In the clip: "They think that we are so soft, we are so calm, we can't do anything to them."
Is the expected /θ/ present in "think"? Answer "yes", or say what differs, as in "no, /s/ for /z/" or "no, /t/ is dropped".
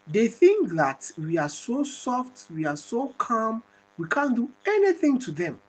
yes